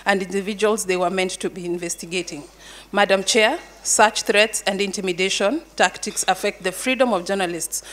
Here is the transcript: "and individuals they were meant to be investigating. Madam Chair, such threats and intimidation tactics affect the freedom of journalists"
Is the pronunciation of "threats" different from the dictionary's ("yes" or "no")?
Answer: no